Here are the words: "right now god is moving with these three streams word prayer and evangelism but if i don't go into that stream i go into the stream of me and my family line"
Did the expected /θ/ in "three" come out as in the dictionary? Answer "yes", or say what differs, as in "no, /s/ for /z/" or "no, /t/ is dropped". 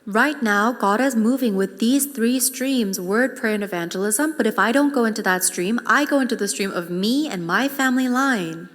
yes